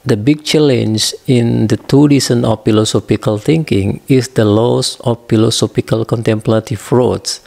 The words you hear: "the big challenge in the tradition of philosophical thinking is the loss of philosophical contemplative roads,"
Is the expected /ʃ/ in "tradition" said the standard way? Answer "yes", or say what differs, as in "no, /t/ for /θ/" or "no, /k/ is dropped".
no, /s/ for /ʃ/